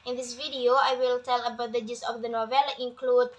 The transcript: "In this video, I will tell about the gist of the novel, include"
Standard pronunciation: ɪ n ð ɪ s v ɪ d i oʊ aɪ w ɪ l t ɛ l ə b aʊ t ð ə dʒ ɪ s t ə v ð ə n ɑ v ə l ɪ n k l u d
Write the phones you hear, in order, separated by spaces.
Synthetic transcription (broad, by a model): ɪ n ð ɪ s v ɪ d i oʊ aɪ w ɪ l t ɛ l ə b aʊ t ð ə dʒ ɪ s ə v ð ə n ɑ v ə l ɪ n k l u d